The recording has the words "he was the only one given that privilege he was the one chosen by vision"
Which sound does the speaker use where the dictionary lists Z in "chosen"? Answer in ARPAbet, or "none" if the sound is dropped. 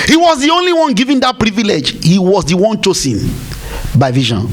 S